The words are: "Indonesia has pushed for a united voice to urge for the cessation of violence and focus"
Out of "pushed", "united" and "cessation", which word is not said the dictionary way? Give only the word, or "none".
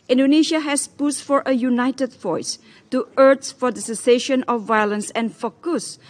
pushed